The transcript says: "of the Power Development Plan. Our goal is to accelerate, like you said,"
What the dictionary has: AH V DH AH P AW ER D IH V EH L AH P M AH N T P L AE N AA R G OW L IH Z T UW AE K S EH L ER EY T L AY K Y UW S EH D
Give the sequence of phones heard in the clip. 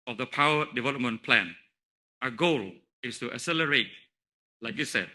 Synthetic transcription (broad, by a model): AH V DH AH P AW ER D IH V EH L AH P M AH N P L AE N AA G OW L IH S T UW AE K S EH L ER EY T L AY K Y UW S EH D